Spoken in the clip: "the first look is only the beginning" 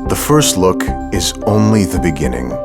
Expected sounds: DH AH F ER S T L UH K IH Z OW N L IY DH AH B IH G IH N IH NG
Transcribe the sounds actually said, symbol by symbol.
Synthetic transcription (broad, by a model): DH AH F ER S T L UH K IH Z OW N L IY DH AH B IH G IH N IH NG